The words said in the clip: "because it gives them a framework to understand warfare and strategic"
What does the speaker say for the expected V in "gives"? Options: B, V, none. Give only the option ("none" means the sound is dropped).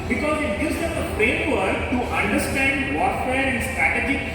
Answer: none